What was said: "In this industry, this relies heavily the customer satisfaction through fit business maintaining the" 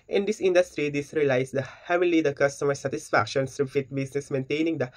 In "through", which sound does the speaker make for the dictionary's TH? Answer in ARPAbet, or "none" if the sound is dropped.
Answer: S